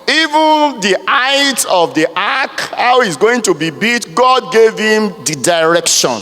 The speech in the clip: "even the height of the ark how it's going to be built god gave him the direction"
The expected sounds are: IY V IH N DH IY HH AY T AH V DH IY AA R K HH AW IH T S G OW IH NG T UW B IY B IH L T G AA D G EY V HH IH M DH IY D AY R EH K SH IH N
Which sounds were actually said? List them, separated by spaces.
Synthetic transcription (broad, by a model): IY V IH N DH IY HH AY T AH V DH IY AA K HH AW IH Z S G OW IH NG T UW B IY B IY T G AA D G EY V HH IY M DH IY D AY R EH K SH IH N